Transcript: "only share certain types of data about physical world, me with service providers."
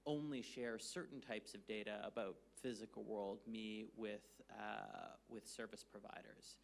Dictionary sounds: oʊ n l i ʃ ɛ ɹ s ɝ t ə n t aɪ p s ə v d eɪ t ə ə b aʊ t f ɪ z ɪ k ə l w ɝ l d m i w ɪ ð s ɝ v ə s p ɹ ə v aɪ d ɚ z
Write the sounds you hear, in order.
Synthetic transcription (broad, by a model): oʊ n l i ʃ ɛ ɹ s ɝ t n t aɪ p s ə v d eɪ t ə ə b aʊ t f ɪ z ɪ k l w ɝ l d m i w ɪ ð s ɝ v ə s p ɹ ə v aɪ d ɚ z